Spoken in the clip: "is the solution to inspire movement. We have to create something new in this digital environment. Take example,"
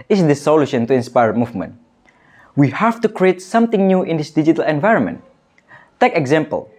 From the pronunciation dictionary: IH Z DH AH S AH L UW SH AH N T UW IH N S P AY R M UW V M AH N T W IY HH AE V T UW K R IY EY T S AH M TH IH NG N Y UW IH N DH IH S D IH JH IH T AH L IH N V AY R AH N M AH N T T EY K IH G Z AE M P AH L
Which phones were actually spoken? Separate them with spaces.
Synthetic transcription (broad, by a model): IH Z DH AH S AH L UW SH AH N T UW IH N S P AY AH M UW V M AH N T W IY HH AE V T UW K R IY EY T S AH M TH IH NG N Y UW IH N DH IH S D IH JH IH T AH L IH N V AY R AH N M AH N T T EY K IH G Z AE M P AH L